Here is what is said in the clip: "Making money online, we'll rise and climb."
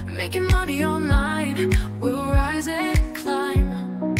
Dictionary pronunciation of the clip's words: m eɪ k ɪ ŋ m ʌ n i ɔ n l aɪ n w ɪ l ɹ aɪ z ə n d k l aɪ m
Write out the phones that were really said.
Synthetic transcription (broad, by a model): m eɪ k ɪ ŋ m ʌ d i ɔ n aɪ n w ɪ l ɹ aɪ z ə k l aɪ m